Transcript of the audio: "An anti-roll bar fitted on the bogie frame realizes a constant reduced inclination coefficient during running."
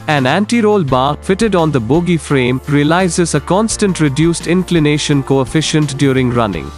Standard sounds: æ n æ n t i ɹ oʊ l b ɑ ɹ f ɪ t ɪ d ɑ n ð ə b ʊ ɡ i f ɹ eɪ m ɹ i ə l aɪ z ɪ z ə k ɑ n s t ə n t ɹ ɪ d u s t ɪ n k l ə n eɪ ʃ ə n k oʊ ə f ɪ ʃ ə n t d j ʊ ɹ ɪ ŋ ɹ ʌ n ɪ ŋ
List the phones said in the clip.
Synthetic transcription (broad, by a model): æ n æ n t i ɹ oʊ l b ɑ ɹ f ɪ t ɪ d ɑ n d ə b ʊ ɡ i f ɹ eɪ m ɹ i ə l aɪ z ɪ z ə k ɑ n s t ə n t ɹ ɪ d u s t ɪ n k l ə n eɪ ʃ ə n k oʊ ə f ɪ ʃ ə n t d j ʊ ɹ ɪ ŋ ɹ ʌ n ɪ ŋ